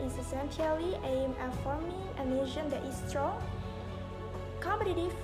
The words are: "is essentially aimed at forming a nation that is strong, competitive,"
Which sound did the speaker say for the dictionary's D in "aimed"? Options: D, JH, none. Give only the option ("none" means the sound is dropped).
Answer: none